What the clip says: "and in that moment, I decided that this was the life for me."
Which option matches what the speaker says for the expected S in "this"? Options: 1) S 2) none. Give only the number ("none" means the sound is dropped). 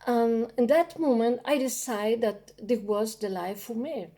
2